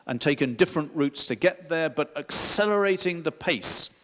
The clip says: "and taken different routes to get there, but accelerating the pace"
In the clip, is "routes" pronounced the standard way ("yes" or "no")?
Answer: yes